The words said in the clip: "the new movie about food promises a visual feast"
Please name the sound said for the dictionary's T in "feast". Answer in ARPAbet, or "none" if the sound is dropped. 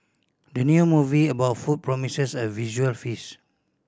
none